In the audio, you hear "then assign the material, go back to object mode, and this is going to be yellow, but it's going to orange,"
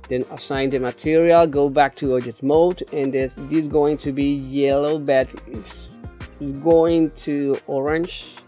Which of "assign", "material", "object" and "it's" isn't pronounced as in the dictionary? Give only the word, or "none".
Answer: object